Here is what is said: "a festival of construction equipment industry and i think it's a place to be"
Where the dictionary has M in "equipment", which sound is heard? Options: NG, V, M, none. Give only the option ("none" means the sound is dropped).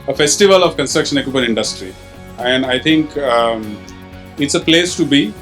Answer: none